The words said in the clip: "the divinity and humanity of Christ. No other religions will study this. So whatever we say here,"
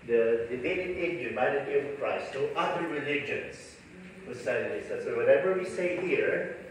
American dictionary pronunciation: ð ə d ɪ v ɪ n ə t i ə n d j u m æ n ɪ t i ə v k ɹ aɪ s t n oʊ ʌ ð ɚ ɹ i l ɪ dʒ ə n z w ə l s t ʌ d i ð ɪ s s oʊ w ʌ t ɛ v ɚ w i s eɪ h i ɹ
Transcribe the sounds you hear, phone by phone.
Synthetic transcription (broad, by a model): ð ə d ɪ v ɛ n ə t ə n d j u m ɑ ɪ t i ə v k ɹ aɪ s t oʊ ʌ ð ɚ ɹ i l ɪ dʒ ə n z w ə s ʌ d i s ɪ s s oʊ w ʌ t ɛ v ɚ w i s eɪ h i ɹ